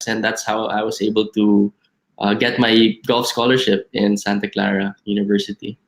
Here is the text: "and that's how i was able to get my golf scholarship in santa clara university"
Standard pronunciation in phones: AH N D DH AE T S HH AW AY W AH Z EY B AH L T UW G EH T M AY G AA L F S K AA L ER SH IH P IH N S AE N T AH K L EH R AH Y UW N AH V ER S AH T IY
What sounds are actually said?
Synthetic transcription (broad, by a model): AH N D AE T S HH AW AY W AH S EY B AH L T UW G EH T M AY G AA L F S K AA L ER SH IH P IH N S AE N T AH K L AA R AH Y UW N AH V ER S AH T IY